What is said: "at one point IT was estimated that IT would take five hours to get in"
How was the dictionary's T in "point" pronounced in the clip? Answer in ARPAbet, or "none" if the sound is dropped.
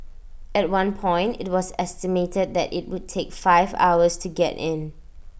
T